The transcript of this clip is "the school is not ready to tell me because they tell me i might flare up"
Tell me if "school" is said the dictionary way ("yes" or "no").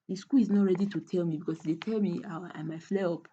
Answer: yes